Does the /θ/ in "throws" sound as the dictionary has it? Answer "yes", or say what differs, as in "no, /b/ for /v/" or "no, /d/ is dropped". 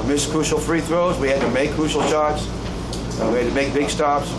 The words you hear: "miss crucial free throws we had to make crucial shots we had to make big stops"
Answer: yes